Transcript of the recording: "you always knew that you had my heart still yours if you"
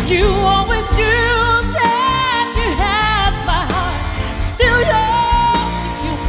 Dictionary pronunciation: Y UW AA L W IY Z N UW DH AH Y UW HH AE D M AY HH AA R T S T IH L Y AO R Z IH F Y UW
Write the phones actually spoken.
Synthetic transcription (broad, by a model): Y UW AA L W IY Z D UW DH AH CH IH HH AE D M AY HH AA R T S T IH L Y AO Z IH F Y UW